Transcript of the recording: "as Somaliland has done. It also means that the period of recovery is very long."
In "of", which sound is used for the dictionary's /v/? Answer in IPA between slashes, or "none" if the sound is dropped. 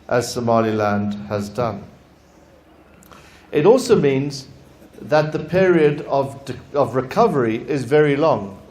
/v/